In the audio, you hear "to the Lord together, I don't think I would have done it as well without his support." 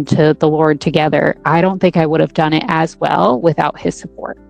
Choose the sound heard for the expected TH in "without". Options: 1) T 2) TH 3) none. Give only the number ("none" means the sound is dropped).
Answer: 2